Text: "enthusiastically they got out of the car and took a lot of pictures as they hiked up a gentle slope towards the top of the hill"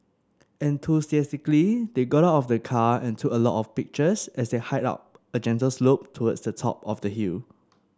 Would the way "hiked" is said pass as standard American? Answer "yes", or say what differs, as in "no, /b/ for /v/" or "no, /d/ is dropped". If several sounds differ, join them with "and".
no, /k/ is dropped